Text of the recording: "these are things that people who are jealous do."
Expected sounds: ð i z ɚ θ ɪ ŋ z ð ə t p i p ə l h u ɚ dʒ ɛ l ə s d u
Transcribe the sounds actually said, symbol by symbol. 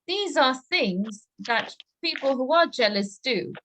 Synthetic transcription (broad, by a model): ð i z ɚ θ ɪ ŋ z ð ə t p i p ə l h u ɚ dʒ ɛ l ə s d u